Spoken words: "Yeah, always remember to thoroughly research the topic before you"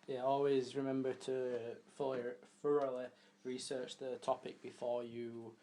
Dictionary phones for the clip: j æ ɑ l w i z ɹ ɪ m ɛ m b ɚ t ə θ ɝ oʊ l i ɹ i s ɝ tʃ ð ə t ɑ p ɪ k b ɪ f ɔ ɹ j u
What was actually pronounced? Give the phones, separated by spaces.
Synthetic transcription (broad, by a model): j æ ɑ l w i z ɹ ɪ m ɛ m b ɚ t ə f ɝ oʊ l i ɹ i s ɝ tʃ ð ə t ɑ p ɪ k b ɪ f ɔ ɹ j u